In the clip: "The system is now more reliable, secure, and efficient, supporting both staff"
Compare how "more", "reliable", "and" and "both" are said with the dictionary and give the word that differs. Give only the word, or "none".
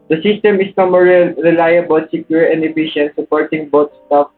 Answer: both